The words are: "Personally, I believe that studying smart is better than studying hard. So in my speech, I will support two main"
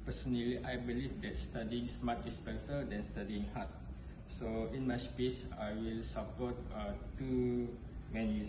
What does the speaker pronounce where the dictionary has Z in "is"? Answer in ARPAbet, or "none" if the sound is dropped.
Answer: S